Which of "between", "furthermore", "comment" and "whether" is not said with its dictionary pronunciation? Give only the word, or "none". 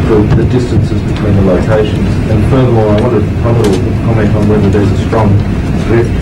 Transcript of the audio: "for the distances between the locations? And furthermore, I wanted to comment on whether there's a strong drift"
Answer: furthermore